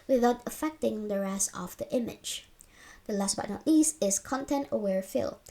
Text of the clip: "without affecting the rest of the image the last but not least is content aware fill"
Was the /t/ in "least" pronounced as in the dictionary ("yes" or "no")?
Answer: no